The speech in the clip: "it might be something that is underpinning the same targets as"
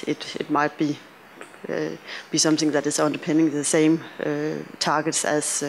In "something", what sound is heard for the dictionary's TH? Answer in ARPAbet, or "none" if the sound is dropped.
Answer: TH